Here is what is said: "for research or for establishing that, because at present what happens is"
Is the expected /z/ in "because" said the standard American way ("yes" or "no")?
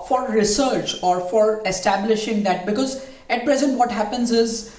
yes